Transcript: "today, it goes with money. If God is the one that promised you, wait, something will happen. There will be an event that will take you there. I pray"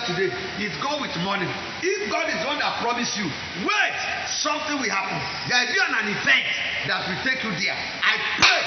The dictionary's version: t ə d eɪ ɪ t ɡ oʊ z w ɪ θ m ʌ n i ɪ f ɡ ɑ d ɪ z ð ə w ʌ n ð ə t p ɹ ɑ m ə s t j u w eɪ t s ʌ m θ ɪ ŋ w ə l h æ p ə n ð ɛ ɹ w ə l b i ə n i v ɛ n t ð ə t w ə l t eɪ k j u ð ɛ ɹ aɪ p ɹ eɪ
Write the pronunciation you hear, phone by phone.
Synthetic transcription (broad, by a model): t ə d eɪ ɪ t ɡ oʊ w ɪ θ m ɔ n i ɪ f ɡ ɑ d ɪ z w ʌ n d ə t p ɹ ɑ m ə s j u w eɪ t s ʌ m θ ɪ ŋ w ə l h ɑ p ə n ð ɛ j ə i ə n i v ɛ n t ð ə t w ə t eɪ k j u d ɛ aɪ p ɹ eɪ